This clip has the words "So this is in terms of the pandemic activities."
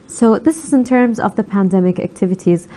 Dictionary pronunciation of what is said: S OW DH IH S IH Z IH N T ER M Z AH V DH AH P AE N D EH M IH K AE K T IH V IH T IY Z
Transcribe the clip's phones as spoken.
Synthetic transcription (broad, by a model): S OW DH IH S IH Z IH N T ER M Z AH V DH AH P AE N D EH M IH K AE K T IH V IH T IY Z